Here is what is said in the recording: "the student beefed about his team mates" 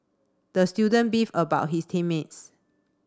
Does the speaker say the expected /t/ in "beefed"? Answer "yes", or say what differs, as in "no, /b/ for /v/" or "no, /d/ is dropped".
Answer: no, /t/ is dropped